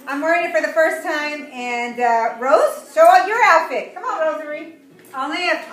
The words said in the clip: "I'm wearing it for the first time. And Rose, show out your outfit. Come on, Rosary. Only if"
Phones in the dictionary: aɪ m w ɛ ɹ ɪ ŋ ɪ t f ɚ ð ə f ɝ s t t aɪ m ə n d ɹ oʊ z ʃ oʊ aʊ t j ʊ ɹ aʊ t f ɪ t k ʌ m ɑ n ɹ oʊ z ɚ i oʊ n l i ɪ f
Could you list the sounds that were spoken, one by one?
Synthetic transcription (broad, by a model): aɪ m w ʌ ɹ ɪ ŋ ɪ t f ɚ ð ə f ɝ s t t aɪ m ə n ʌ ɹ oʊ z s oʊ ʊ j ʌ ɹ aʊ t f ɪ t k ʌ m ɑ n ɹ oʊ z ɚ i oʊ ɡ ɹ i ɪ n